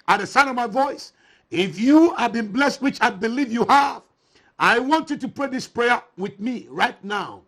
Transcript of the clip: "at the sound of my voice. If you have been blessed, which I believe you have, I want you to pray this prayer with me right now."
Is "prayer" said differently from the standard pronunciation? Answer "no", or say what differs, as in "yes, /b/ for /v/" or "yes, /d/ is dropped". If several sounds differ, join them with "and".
no